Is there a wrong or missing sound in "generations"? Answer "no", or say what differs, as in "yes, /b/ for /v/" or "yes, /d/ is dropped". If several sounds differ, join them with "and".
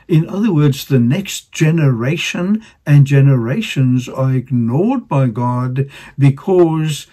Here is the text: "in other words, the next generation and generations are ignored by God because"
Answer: no